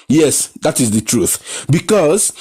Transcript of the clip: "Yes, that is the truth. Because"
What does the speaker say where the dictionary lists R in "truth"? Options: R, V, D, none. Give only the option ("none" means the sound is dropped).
R